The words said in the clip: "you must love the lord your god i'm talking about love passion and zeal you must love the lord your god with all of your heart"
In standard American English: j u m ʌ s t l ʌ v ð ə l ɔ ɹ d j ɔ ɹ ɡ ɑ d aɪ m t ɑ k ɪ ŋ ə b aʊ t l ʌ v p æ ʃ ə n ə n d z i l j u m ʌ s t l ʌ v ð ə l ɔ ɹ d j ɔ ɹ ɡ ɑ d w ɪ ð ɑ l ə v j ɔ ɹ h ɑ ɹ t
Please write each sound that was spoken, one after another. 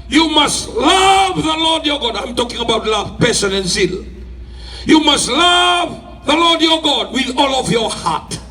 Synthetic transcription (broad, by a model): j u m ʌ s t l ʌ v ð ə l ɔ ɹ d j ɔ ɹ ɡ ɑ d aɪ m t ɑ k ɪ ŋ ə b aʊ t l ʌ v p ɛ s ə n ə n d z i l j u m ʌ s t l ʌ v ð ə l ɔ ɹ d j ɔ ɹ ɡ ɑ d w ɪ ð ɑ l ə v j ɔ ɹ h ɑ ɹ t